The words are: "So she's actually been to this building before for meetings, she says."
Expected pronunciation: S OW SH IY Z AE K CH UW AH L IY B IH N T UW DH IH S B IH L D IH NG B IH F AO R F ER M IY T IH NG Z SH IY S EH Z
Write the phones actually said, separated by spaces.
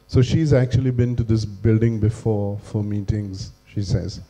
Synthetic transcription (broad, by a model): S OW SH IY Z AE K CH UW AH L IY B IH N T UW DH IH S B IH L D IH NG B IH F AO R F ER M IY T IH NG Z SH IY S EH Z